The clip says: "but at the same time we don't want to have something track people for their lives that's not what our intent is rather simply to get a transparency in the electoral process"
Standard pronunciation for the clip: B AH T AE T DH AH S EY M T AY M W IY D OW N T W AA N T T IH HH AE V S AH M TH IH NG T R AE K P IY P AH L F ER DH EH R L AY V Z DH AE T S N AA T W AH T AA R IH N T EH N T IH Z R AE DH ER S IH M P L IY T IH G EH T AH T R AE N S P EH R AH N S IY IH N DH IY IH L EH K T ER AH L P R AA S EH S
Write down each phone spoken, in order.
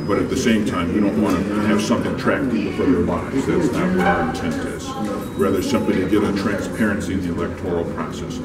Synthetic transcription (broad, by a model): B AH T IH T DH AH S EY M T AY M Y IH D OW N T W AA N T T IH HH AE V S AH M TH IH NG T R AE K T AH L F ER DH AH R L AY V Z DH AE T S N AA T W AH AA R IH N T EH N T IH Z R AE DH ER S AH M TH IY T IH G EH T AH T R AE N S P EH R AH N S IY IH N DH IY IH L EH K T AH L P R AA S EH S